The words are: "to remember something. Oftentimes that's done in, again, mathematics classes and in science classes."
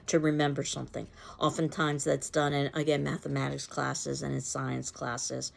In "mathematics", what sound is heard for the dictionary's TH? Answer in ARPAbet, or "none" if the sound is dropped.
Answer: TH